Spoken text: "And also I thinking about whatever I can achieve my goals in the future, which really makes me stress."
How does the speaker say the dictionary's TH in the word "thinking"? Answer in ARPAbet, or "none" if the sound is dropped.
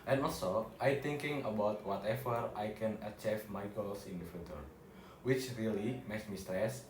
T